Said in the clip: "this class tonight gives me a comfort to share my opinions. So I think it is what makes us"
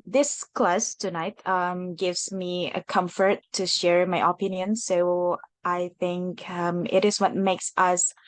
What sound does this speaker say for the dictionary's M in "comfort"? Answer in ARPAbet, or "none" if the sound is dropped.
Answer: M